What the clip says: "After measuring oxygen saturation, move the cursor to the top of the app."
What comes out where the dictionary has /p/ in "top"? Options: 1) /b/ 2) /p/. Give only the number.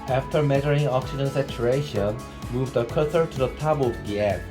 1